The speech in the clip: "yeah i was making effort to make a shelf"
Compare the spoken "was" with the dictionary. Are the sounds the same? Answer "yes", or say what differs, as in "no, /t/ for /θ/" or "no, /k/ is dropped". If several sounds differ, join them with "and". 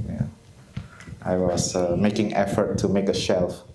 no, /s/ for /z/